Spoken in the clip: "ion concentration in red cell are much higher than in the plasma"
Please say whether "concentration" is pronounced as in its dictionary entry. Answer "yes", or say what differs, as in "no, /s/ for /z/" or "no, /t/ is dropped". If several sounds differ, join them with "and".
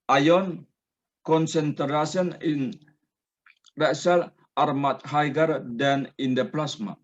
no, /s/ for /ʃ/